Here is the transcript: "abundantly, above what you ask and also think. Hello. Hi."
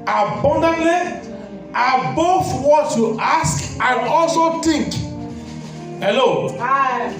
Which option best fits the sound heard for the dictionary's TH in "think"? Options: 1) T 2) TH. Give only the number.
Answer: 1